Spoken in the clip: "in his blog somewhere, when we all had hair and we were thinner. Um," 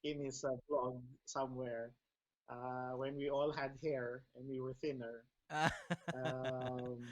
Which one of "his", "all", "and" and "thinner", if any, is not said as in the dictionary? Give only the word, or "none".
his